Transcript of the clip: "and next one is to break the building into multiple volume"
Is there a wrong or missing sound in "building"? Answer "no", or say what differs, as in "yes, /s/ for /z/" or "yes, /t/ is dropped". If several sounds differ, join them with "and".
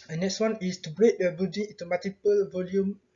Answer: yes, /l/ is dropped